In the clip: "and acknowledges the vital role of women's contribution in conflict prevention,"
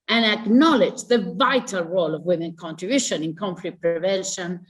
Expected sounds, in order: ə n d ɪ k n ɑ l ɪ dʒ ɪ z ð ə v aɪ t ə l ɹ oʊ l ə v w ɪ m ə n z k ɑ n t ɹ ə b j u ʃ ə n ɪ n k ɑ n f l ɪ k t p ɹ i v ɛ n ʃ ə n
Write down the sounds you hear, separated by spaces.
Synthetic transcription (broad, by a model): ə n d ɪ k n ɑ l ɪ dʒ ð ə v aɪ t ə l ɹ oʊ l ə v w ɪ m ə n k ɑ n t ɹ ə b j u ʃ ə n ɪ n k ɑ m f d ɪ t p ɹ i v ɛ n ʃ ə n